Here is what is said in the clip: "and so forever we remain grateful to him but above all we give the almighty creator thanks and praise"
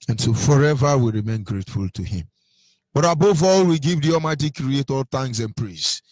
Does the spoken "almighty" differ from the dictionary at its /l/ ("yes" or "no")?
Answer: yes